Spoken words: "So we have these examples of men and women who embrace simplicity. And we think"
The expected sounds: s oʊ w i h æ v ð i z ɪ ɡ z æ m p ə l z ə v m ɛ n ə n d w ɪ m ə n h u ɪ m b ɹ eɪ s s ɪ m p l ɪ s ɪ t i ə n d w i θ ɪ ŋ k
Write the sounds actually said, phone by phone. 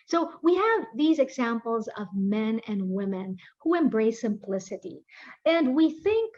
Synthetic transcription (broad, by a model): s oʊ w i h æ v ð i z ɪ ɡ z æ m p l z ə v m ɛ n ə n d w ɪ m ə n h u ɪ m b ɹ eɪ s s ɪ m p l ɪ s ɪ t i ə n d w i θ ɪ ŋ k